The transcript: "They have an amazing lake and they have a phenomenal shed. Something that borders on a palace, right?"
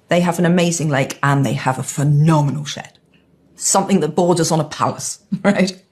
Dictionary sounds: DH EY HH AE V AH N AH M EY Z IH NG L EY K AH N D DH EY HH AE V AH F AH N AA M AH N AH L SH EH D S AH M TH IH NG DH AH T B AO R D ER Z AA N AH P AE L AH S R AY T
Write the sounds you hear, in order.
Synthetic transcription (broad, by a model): DH EY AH V AH N AH M EY Z IH NG L EY K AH N DH EY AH V AH F AH N AA M AH N AH L SH EH D S AH M TH IH NG DH AH T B AO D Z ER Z N AH P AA L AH S R AY T